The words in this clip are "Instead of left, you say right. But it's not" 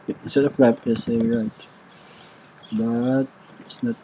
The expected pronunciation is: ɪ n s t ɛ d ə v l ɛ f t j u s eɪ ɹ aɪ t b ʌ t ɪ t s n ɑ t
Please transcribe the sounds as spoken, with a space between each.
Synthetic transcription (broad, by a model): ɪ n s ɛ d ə p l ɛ p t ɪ s eɪ ɹ aɪ t b ʌ t ɪ t s n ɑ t